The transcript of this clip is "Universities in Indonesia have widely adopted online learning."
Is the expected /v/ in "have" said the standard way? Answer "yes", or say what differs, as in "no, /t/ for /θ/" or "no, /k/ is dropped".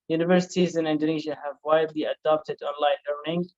yes